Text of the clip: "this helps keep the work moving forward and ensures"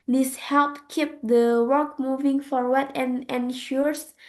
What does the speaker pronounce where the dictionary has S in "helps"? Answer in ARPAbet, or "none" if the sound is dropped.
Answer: none